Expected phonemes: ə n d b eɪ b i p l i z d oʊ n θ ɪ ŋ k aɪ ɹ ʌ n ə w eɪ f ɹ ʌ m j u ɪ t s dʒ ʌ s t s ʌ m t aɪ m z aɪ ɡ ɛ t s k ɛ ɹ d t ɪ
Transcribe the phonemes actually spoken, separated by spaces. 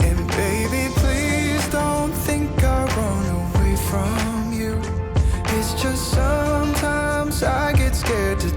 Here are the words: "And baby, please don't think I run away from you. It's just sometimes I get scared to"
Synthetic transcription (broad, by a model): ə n b eɪ b i p l i z d oʊ n θ ɪ ŋ k aɪ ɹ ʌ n ə w eɪ f ɹ ʌ m j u ɪ t s dʒ ʌ s t s ʌ m t aɪ m z aɪ ɡ ɛ t s k ɛ ɹ d t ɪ